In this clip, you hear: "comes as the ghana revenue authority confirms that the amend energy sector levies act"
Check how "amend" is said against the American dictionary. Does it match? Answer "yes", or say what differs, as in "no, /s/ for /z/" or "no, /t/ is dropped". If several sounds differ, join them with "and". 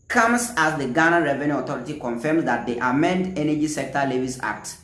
yes